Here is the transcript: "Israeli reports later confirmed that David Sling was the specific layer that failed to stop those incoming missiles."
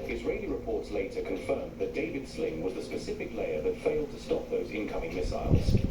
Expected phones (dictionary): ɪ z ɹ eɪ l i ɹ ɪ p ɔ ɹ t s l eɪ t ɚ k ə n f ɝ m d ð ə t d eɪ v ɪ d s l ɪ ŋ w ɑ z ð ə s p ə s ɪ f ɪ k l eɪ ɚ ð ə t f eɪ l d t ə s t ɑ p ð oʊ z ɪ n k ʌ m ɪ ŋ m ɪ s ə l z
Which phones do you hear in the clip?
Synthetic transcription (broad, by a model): ɪ z ɹ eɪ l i ɹ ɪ p ɔ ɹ t s l eɪ t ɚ k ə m f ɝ m ð ə t d eɪ v ɪ d s l ɪ ŋ w ɑ z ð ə s p ə s ɪ f ɪ k l eɪ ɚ ð ə t f eɪ l d t ə s t ɑ p ð oʊ z ɪ n k ʌ m ɪ ŋ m ɪ s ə l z